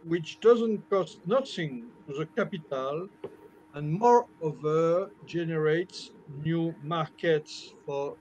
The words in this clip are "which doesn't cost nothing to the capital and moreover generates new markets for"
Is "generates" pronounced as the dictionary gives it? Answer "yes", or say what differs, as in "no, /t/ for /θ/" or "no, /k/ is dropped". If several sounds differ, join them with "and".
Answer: yes